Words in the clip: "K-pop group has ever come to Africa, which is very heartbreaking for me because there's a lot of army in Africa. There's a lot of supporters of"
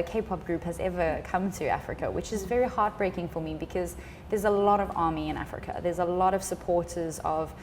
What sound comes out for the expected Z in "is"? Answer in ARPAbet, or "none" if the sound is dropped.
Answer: Z